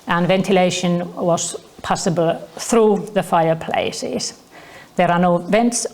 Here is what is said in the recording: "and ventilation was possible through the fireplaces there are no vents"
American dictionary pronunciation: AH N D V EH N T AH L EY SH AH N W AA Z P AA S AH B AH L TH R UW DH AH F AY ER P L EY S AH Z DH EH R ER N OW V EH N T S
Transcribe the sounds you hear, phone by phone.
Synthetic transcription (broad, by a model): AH N V EH N T AH L EY SH AH N W AA Z P AA S AH B AH L TH R UW DH AH F AY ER P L EY S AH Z DH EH R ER N OW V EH N T S